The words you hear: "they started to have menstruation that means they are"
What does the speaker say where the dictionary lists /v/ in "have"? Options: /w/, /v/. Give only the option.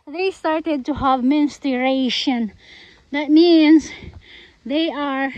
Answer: /v/